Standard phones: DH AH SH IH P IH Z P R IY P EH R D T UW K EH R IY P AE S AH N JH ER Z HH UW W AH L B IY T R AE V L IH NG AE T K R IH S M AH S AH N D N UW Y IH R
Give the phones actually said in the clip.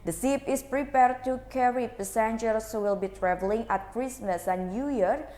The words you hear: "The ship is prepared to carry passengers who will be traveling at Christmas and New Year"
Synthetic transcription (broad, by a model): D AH S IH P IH S P R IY P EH R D T UW K EH R IY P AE S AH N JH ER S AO W AH L B IY T R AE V L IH NG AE T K R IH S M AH S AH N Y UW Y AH R